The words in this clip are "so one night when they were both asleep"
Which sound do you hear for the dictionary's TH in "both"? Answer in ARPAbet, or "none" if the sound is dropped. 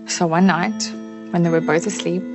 TH